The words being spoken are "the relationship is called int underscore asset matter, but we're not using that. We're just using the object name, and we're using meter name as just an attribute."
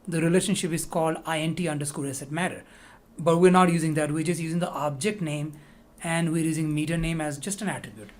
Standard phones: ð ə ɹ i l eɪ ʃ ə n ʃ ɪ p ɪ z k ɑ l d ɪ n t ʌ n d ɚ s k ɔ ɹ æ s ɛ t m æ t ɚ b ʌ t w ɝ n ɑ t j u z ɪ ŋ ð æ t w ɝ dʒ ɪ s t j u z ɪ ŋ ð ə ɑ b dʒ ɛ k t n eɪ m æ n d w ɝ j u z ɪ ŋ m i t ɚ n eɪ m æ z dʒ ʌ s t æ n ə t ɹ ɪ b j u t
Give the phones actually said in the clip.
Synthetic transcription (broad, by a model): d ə ɹ i l eɪ ʃ ə n ʃ ɪ p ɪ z k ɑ l d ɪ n t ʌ n d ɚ s k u l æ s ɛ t m æ t ɚ b ʌ t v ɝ n ɑ t j u z ɪ ŋ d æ t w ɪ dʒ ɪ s j u z ɪ ŋ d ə ɑ b dʒ ɛ k t n eɪ m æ n d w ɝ j u z ɪ ŋ m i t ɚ n eɪ m æ z dʒ ʌ s t æ n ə t ɹ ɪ b j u t